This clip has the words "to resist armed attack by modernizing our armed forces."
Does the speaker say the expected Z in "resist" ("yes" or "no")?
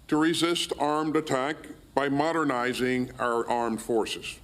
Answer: yes